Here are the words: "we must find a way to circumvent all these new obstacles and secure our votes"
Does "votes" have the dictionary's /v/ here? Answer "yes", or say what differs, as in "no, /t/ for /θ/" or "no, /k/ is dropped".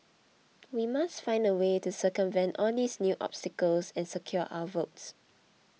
yes